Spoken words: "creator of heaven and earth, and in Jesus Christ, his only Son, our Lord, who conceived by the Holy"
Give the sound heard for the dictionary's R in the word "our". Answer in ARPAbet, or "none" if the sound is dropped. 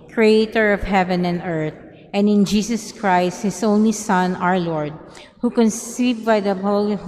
R